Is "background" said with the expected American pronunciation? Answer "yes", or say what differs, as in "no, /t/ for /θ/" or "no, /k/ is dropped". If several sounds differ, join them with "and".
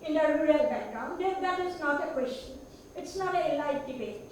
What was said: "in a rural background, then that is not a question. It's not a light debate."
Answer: no, /k/ is dropped